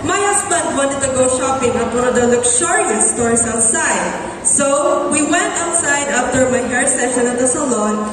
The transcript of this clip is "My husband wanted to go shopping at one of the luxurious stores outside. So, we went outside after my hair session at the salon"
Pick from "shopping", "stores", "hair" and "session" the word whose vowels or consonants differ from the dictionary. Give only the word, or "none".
stores